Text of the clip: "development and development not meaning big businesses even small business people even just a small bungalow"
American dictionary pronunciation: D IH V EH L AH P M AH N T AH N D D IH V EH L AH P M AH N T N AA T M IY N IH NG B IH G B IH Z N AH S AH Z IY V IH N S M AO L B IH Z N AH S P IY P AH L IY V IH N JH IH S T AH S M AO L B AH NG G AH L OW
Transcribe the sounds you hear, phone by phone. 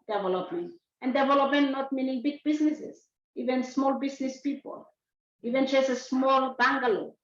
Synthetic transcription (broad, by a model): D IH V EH L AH P M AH N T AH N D D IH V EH L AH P M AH N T N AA T M IY N IH NG B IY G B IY S N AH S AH S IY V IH N S M AO L B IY S N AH S P IY P AH L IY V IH N CH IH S AH S M AO L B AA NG G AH L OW